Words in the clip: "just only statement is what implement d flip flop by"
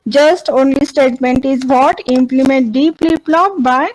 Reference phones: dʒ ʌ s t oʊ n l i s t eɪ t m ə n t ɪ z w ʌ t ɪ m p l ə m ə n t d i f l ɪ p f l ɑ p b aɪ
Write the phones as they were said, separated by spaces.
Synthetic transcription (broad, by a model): dʒ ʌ s t oʊ n l i s t eɪ t m ə n t ɪ z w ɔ t ɪ m p l ə m ə n t d i p l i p l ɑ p b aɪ